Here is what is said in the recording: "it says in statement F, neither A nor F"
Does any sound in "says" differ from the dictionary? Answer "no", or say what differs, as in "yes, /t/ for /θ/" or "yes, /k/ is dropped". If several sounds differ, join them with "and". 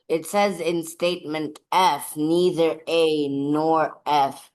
no